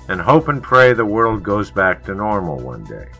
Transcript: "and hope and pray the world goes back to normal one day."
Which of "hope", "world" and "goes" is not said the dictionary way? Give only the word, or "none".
none